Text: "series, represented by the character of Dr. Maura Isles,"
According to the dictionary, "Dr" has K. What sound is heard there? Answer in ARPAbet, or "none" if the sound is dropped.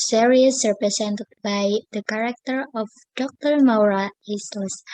K